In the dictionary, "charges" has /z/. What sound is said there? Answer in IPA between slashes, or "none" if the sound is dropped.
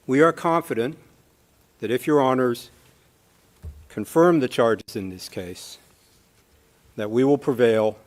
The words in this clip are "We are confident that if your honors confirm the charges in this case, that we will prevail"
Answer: /z/